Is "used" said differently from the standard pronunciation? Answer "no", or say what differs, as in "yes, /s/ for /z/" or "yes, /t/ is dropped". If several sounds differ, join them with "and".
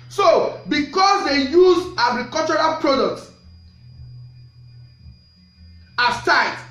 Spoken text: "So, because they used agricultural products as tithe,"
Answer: yes, /d/ is dropped